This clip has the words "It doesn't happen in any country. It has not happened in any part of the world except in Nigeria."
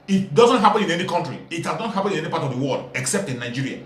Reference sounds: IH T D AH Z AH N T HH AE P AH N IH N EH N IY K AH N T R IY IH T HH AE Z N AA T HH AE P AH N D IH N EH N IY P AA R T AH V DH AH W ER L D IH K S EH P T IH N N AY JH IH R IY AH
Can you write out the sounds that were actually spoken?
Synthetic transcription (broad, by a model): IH T D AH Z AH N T HH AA P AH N IH N EH N IY K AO N T R IY IH T HH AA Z N AA T HH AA P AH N IH N EH N IY P AA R T AH V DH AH W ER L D IH K S EH P T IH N N AY JH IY R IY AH